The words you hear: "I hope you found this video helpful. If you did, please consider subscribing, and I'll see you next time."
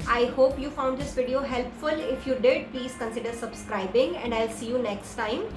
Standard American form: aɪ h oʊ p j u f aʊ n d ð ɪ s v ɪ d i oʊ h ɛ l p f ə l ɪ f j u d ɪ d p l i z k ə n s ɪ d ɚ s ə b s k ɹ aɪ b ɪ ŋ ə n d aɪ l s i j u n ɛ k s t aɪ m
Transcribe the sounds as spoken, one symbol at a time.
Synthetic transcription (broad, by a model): aɪ h oʊ p j u f aʊ n d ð ɪ s v ɪ d i oʊ h ɛ l p f ə l ɪ f j u d ɪ d p l i z k ə n s ɪ d ɚ s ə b s k ɹ aɪ b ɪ ŋ ə n d aɪ l s i j u n ɛ k s t aɪ m